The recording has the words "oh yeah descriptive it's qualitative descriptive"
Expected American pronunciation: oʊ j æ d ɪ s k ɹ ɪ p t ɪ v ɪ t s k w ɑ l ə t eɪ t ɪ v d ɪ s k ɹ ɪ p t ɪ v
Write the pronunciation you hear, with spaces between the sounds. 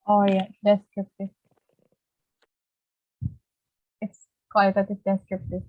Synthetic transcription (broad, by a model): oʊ j æ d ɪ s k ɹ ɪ p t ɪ ɪ t s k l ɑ ə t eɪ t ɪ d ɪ s k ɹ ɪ p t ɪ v